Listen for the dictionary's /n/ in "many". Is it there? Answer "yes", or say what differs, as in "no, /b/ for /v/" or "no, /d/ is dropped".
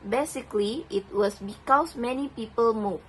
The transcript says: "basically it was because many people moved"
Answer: yes